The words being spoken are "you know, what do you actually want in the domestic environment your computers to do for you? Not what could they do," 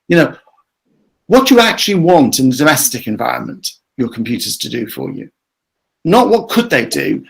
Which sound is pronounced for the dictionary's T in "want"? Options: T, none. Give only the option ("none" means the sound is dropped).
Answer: T